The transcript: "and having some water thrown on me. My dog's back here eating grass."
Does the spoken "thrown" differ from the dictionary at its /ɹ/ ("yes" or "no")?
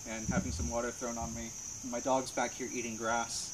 no